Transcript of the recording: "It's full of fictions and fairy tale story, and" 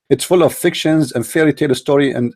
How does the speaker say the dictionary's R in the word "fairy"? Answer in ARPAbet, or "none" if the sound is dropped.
L